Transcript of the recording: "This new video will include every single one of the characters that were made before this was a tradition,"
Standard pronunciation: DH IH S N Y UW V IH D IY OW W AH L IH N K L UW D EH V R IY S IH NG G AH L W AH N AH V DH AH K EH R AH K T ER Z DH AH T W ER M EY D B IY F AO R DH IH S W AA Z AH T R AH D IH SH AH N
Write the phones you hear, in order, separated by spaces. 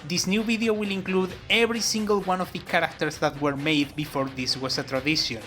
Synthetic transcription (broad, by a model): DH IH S N Y UW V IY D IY OW W AH L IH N K L UW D EH V R IY S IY NG G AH L W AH N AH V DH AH K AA R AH K T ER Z DH AH T W ER M EY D B IY F AO R DH IH S W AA S AH T R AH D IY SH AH N